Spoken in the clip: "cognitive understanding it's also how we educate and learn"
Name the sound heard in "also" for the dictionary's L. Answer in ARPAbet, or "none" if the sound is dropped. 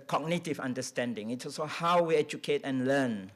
none